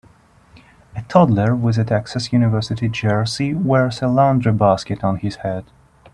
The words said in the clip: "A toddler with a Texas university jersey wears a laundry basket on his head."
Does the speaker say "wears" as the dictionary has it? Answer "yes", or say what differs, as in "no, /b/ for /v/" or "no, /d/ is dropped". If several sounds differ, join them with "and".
no, /s/ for /z/